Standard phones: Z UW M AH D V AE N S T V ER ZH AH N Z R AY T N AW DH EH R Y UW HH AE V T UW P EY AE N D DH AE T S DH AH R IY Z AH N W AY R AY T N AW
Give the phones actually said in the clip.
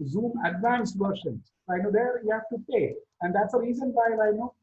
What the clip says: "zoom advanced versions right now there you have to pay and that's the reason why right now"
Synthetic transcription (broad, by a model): Z UW M AH D V AE N S T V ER SH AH N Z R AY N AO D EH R Y UW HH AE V T UW P EY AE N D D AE T S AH R IY Z AH N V AY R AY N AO